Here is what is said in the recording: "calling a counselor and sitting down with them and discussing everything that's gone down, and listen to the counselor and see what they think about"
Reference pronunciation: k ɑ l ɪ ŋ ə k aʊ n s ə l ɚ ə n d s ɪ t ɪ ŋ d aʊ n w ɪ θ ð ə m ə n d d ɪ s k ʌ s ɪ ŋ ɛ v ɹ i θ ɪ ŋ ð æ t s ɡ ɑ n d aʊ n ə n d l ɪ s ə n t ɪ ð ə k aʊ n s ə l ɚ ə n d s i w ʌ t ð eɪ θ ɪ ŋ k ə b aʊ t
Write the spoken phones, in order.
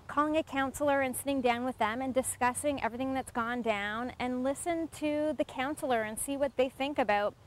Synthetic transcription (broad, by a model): k ɑ l ɪ ŋ ə k aʊ n s l ɚ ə n s ɪ t ɪ ŋ d aʊ n w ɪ ð ə m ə n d d ɪ s k ʌ s ɪ ŋ ɛ v ɹ i θ ɪ ŋ ð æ t s ɡ ɑ n d aʊ n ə n l ɪ s ə n t ɪ ð ə k aʊ n s l ɚ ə n s i w ʌ t ð eɪ θ ɪ ŋ k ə b aʊ t